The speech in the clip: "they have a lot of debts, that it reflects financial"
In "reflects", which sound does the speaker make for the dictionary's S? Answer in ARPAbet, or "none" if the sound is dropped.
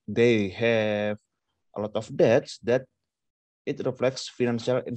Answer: S